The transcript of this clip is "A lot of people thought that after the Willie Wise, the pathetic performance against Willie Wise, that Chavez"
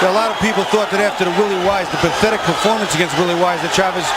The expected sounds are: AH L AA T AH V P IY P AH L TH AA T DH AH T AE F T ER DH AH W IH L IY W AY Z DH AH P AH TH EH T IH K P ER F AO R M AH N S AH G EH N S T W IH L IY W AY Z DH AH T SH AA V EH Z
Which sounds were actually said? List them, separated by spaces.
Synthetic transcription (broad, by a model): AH L AA T AH V P IY P L TH AA T DH AH T AE F T ER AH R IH L IY W AY Z DH AH P AH TH EH T IH K P ER F AO R M AH N S AH G EH N S T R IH L IY W AY Z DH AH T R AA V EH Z